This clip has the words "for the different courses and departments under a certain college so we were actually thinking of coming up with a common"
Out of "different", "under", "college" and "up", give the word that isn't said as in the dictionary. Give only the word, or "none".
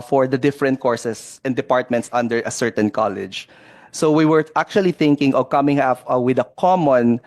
up